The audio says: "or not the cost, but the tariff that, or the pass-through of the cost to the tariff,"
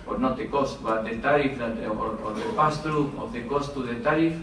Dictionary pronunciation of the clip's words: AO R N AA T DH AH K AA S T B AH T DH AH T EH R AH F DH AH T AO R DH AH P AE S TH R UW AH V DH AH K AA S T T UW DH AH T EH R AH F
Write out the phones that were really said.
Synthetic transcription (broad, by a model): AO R N AA T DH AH K AA S T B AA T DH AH T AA R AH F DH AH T AO R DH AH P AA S T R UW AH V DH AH K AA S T T UW DH AH T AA R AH F